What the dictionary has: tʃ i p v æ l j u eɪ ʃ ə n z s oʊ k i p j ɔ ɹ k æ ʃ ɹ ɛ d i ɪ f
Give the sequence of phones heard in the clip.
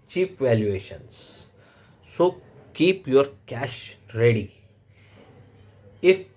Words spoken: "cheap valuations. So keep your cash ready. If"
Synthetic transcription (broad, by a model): tʃ i p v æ l j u eɪ ʃ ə n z s oʊ k i p j ɔ ɹ k æ ʃ ɹ ɛ d i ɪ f